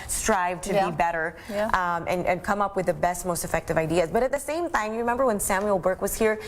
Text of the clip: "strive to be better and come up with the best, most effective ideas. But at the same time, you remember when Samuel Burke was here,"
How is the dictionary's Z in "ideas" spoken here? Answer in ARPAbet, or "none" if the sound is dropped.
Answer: Z